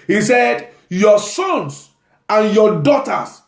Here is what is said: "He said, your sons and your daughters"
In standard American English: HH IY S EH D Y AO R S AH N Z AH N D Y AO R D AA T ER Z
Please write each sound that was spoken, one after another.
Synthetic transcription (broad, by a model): HH IY S EH D Y AO S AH N S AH N Y AO D AA T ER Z